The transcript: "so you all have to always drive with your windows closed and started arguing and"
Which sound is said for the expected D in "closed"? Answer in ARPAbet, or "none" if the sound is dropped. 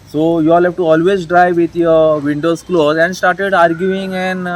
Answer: none